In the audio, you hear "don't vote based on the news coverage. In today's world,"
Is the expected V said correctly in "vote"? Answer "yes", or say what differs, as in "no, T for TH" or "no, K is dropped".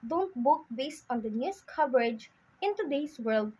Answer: no, B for V